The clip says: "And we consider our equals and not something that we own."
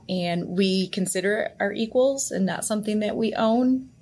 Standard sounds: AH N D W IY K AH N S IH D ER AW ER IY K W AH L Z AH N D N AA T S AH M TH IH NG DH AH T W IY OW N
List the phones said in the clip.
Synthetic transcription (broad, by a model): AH N W IY K AH N S IH D ER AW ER IY K W AH L Z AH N N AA T S AH M TH IH NG DH AH T W IY OW N